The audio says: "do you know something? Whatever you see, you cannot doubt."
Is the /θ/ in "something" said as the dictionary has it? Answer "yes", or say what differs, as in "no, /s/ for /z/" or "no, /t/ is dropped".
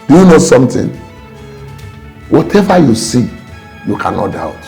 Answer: no, /t/ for /θ/